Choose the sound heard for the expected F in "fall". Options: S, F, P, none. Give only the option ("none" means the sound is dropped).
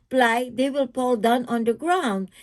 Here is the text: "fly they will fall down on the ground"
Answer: P